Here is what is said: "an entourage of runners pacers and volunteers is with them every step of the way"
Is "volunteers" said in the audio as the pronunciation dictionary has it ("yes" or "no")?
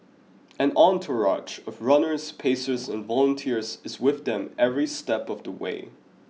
yes